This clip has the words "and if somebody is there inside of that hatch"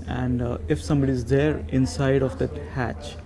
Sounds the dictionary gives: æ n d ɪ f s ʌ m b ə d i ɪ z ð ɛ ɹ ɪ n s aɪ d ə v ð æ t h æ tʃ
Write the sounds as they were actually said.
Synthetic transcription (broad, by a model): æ n d ɪ f s ʌ m b ə d i ɪ z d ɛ ɹ ɪ n s aɪ d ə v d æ t h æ tʃ